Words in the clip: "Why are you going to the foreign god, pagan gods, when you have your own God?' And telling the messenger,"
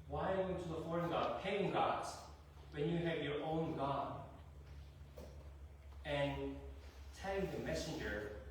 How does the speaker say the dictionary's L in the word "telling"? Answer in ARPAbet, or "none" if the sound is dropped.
none